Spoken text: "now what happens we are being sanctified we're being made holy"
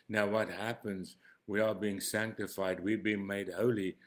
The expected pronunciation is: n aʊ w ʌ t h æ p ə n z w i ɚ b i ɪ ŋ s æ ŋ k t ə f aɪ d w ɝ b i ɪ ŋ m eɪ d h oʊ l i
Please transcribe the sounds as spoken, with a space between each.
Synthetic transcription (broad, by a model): n aʊ w ʌ t h æ p ə n z w i ɚ b i ɪ ŋ s æ ŋ k t ə f aɪ d w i b i ɪ ŋ m eɪ d h oʊ l i